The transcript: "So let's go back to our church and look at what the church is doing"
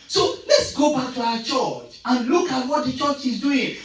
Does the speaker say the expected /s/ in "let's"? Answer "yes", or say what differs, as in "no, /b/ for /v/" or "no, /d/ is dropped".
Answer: yes